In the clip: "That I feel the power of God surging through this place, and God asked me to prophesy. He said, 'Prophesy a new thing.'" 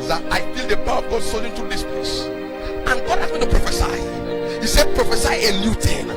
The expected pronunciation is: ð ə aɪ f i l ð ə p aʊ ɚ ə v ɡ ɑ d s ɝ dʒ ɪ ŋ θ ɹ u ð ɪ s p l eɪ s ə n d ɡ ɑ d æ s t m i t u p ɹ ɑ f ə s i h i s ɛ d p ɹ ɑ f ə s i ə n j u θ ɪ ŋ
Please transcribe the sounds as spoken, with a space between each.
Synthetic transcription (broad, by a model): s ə aɪ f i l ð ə p aʊ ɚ ə v ɡ ɑ d s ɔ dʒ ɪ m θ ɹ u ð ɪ s p l eɪ s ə n ɡ ɑ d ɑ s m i t u p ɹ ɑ f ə s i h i s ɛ p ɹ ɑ f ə s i ə l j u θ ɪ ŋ